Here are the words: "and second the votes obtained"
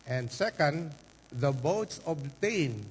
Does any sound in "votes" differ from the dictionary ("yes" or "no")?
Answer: yes